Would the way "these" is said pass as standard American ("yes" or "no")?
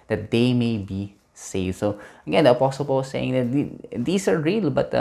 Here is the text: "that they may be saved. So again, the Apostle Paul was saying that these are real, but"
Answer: no